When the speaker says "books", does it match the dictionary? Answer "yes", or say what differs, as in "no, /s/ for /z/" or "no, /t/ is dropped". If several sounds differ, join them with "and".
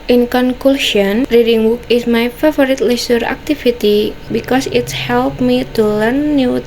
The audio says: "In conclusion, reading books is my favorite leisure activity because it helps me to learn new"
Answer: no, /s/ is dropped